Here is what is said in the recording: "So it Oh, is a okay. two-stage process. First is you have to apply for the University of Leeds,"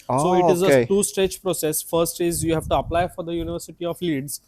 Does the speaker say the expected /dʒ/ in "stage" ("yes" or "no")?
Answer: no